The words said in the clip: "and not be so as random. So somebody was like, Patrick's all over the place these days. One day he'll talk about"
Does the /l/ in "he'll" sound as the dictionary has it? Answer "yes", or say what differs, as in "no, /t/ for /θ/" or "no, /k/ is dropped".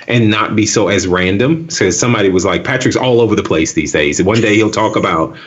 yes